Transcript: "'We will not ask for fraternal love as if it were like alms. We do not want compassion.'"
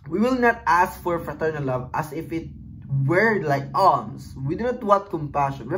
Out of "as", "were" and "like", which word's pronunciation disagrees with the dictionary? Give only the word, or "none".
as